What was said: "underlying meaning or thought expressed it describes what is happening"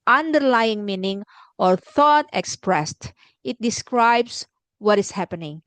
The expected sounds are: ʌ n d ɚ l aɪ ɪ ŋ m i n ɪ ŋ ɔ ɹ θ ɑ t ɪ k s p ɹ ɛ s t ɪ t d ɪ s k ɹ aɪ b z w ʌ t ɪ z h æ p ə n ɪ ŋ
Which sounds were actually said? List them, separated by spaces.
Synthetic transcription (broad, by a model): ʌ n d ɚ l aɪ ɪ ŋ m i n ɪ ŋ ɔ ɹ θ ɑ t ɪ k s p ɹ ɛ s t ɪ t d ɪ s k ɹ aɪ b s w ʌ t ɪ s h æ p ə n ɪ ŋ